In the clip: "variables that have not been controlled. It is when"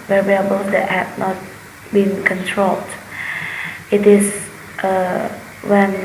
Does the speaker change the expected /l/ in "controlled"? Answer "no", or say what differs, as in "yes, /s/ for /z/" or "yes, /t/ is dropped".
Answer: no